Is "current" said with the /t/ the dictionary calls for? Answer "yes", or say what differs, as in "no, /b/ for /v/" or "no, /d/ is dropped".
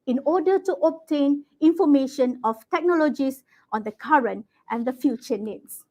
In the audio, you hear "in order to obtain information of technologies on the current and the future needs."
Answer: yes